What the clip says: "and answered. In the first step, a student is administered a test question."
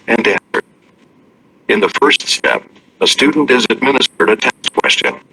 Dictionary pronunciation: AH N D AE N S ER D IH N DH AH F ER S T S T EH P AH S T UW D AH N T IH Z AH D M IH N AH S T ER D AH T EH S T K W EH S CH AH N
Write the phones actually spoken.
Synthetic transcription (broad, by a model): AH N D AE N S ER D IH N DH AH F ER S T S T EH P AH S T UW D N T IH Z AH D M IH N AH S T ER D AH T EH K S K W EH S CH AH N